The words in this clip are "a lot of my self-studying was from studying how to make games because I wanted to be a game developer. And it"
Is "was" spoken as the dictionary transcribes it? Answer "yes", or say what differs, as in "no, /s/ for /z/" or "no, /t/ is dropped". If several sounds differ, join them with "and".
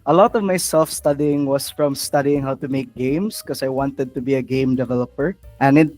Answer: no, /s/ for /z/